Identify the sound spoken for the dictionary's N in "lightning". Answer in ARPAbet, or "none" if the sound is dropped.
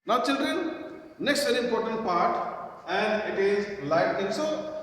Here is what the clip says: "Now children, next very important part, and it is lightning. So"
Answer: none